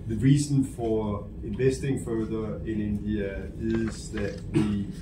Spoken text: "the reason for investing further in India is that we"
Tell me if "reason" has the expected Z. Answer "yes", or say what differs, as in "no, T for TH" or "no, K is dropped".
no, S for Z